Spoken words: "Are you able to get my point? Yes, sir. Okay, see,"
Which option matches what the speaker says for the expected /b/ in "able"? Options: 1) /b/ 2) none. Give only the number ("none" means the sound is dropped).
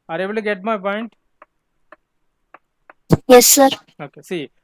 2